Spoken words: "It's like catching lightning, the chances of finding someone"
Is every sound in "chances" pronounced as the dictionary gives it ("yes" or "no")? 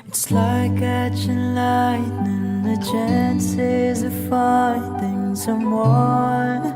yes